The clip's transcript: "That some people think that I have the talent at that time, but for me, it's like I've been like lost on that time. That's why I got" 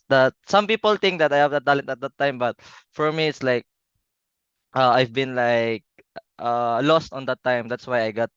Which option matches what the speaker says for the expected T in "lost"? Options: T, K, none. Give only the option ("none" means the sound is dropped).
T